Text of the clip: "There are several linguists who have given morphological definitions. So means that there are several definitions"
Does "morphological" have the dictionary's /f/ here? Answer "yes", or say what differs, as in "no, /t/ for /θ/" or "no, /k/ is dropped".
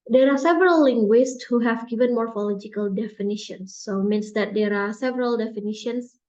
yes